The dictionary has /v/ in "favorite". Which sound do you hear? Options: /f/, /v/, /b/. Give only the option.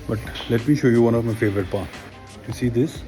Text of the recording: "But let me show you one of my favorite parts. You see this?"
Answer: /v/